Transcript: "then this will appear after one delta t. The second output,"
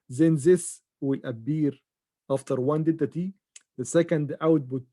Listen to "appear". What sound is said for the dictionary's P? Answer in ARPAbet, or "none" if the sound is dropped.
B